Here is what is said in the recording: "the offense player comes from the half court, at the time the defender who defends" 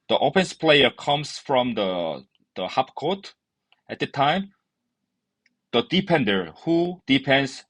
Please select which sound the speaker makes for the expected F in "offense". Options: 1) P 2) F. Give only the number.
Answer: 1